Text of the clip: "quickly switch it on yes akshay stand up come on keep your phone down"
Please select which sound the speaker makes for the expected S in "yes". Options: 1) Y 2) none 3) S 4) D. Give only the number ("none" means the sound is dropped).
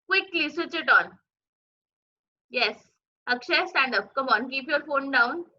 3